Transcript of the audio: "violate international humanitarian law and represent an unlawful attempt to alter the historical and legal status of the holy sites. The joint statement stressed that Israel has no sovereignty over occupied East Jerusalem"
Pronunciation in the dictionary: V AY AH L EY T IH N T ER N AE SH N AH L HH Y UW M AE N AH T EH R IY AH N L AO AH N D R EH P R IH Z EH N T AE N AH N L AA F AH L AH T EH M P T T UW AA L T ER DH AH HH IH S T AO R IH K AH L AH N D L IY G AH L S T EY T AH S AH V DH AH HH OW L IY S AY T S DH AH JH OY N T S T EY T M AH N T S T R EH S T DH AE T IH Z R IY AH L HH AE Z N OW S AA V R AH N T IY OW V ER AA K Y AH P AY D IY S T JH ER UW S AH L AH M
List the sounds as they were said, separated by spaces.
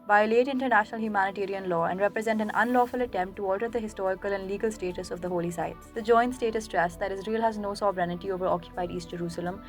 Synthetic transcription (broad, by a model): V AY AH L EY T IH N T ER N AE SH N AH L HH Y UW M AE N AH T EH R IY AH N L AO AH N D R EH P R IH Z EH N T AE N AH N L AA F AH L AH T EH M P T T UW AA L T ER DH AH HH IH S T AO R IH K AH L AH N D L IY G AH L S T EY T AH S AH V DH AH HH OW L IY S AY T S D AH JH OY N T S T EY T AH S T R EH S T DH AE T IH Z R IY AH L HH AE Z N OW S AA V R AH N T IY OW V ER AA K Y AH P AY D IY S T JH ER UW S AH L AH M